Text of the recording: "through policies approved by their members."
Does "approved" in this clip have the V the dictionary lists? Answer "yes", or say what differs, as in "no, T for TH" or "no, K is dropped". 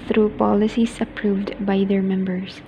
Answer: yes